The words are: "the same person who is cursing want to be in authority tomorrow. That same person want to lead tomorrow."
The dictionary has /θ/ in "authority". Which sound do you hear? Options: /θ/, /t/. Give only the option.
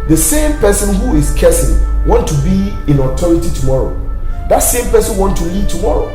/t/